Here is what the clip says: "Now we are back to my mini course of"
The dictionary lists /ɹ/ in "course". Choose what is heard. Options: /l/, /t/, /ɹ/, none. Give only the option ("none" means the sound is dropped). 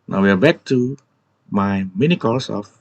/l/